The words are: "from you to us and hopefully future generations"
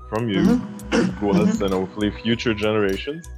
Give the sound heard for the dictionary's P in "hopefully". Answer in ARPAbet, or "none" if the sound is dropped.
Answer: none